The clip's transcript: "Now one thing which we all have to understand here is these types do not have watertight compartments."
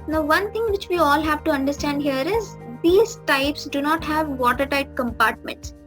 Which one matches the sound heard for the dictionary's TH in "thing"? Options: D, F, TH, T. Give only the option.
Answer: T